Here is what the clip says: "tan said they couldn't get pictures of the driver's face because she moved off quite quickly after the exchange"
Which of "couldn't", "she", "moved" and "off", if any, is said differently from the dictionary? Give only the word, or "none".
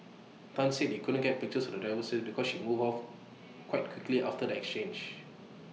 moved